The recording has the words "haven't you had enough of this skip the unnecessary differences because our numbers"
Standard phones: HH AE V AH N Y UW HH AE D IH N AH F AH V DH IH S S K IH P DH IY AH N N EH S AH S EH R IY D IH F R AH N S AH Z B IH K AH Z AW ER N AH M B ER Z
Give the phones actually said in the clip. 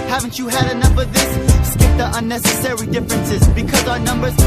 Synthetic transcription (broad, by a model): HH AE V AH N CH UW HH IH D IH N AH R AH V DH IH S S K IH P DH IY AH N N EH S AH S EH R IY D IH F R AH N S AH Z B IH K AH Z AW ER N AH M B ER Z